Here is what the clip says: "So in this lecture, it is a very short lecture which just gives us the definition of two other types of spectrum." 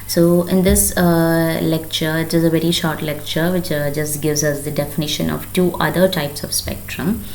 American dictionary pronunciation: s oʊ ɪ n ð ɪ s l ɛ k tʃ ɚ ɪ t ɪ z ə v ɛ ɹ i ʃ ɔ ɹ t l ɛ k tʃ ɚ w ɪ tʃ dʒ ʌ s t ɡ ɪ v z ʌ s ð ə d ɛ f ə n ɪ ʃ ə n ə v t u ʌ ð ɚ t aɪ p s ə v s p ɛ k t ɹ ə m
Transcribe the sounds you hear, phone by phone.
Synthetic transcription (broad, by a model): s oʊ ɪ n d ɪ s l ɛ k tʃ ɚ ɪ t ɪ z ə v ɛ ɹ i ʃ ɔ ɹ t l ɛ k tʃ ɚ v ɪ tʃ dʒ ʌ s t ɡ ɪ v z ʌ s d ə d ɛ f ə n ɪ ʃ ə n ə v t u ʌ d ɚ t aɪ p s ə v s p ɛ k t ɹ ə m